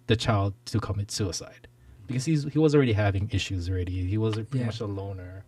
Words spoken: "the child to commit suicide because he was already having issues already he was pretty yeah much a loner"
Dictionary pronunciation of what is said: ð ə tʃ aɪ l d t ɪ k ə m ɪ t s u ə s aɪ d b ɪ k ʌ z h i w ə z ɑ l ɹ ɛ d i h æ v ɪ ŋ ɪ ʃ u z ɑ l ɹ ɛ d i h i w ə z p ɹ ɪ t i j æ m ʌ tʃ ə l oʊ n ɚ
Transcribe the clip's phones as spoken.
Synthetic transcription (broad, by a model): ð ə tʃ aɪ l d t ɪ k ə m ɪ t s u ə s aɪ d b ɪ k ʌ z h i w ə z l ɹ ɛ d i h æ v ɪ ŋ ɪ ʃ u z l ɹ ɛ d i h i w ə z p ɹ ɪ t i m ʌ tʃ ə l oʊ n ɚ